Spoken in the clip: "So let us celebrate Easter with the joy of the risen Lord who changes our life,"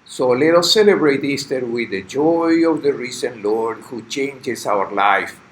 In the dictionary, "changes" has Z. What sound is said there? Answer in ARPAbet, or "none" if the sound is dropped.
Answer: S